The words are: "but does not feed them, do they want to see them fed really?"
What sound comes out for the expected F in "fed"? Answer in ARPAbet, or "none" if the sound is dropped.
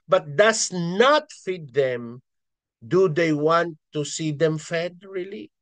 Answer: F